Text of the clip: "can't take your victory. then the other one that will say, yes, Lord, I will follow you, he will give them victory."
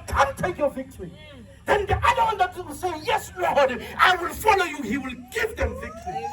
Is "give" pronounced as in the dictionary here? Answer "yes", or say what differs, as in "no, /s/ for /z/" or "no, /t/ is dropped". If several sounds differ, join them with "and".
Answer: yes